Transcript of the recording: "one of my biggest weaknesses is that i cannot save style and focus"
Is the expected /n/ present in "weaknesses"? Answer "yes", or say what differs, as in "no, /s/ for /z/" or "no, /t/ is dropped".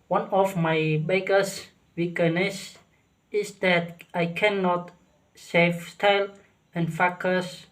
no, /n/ is dropped